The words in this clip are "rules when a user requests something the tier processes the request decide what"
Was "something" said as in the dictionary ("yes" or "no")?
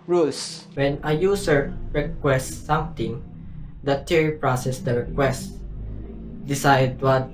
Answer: no